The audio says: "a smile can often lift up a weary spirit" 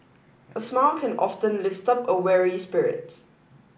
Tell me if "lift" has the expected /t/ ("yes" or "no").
yes